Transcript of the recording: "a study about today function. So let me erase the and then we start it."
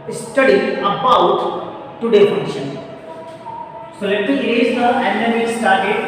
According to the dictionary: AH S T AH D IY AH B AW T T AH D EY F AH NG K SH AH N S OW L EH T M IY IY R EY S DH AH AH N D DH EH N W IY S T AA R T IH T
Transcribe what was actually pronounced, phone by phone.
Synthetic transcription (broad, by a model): S T AH D IY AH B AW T T AH D EY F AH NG SH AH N S OW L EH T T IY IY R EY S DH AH AH N D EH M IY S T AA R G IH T